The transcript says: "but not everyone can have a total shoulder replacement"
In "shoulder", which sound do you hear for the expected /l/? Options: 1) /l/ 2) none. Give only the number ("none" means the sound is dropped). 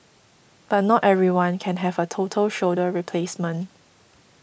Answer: 2